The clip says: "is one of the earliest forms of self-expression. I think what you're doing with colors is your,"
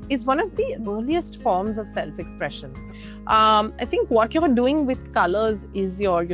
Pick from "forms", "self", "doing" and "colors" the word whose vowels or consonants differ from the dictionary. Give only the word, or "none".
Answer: none